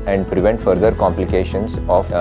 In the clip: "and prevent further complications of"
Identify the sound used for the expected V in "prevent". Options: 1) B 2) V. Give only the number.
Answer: 2